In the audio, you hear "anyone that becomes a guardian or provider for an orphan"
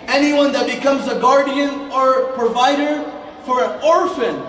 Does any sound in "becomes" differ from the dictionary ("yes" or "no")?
no